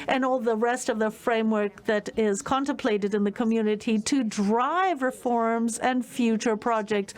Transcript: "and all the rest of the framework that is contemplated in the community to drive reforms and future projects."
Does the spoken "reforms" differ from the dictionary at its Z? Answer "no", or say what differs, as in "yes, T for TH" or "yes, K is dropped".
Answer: no